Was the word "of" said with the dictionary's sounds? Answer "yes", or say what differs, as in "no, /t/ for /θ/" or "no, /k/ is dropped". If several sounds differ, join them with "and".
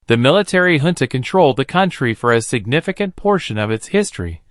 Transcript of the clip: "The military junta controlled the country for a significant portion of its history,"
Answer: yes